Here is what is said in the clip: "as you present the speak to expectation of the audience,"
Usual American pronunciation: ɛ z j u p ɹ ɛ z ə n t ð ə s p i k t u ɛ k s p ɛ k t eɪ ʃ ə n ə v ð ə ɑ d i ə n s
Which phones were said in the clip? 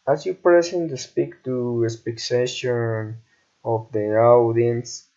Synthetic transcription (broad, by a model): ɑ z j u p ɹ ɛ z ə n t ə s p i k t u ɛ s p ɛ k s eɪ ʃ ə n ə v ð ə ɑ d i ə n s